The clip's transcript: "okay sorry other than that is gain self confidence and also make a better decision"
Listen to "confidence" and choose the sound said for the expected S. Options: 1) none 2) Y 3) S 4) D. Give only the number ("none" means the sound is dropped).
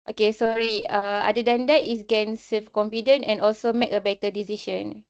1